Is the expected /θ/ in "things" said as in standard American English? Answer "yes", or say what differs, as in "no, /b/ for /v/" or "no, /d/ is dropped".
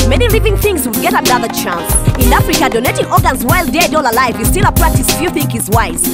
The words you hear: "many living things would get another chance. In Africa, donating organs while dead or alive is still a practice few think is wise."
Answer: yes